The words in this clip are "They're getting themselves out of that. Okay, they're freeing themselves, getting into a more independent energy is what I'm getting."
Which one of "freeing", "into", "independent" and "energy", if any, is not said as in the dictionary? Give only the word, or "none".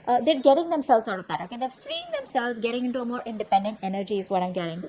none